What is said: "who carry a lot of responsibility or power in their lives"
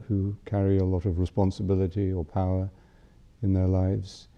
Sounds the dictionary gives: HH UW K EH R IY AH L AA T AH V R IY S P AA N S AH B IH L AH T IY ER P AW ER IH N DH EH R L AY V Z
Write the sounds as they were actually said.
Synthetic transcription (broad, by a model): HH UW K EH R IY AH L AA T AH V R IY S P AA N S AH B IH L AH T IY ER P AW ER IH N DH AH R L AY V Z